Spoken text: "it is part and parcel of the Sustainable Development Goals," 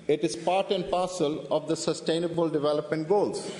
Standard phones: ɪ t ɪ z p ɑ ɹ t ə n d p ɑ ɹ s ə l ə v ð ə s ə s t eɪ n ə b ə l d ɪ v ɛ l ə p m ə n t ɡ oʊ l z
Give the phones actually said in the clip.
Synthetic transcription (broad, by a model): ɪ t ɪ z p ɑ ɹ t ə n d p ɑ ɹ s ə l ə v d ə s ə s t eɪ n ə b ə l d ɪ v ɛ l ə p m ə n t ɡ oʊ l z